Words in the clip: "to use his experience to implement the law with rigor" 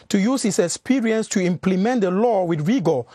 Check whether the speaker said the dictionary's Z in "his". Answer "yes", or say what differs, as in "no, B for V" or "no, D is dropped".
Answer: no, S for Z